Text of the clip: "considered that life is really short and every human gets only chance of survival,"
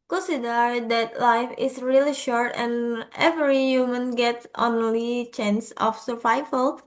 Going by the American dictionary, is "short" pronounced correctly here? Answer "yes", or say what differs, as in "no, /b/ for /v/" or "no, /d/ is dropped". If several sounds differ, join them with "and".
yes